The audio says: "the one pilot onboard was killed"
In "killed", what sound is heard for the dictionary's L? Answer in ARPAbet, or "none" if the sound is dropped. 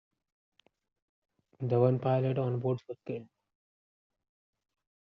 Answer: N